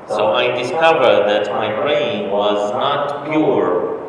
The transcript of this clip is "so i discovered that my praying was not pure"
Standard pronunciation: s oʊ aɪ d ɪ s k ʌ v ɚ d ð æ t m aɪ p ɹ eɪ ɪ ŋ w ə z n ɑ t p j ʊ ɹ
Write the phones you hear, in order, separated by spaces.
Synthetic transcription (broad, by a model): s oʊ aɪ d ɪ s k ʌ v ɚ d ð æ t m aɪ b ɹ eɪ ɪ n w ə z n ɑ t p j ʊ ɹ